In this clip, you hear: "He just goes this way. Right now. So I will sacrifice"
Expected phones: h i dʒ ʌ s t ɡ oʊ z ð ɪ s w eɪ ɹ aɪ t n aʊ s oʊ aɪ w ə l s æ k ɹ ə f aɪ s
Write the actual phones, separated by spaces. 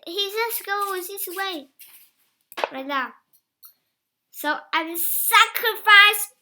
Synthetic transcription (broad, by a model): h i z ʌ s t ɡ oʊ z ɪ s w eɪ ɹ aɪ t n aʊ s oʊ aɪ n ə s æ k ɹ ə f aɪ s